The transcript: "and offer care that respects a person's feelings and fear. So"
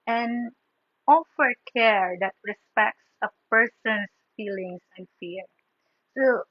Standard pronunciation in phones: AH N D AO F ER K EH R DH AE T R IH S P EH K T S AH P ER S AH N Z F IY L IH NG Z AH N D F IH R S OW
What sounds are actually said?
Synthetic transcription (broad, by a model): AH N AO F ER K EH R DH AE T R IH S P EH K T S AH P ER S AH N S F IY L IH NG S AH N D F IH R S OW